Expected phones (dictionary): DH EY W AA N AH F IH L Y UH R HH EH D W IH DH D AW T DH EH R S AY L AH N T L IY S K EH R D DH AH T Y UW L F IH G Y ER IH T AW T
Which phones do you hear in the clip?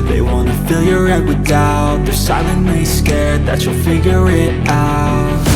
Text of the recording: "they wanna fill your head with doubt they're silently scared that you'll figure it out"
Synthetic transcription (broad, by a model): DH EY W AA N AH F IH L Y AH R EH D W IH DH AW T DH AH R S AY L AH N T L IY S K EH R D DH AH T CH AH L F IH G Y ER IH T AW T